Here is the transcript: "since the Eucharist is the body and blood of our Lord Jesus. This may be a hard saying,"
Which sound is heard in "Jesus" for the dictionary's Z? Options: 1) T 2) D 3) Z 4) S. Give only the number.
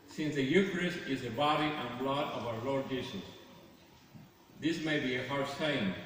4